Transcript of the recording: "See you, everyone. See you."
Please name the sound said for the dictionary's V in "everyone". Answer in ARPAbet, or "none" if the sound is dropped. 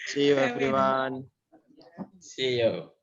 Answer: F